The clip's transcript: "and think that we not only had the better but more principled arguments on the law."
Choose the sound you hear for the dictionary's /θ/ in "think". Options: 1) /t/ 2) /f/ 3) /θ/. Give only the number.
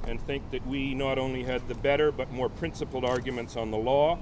3